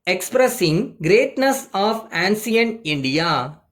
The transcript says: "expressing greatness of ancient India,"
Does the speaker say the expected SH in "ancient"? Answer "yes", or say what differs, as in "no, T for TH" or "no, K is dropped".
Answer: no, S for SH